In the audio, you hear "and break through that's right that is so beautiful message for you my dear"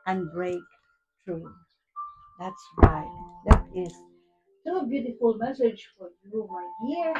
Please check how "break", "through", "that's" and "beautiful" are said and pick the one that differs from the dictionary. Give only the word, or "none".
through